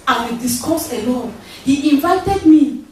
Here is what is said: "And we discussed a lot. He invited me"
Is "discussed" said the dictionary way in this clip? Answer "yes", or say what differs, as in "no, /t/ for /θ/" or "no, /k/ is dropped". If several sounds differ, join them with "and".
no, /t/ is dropped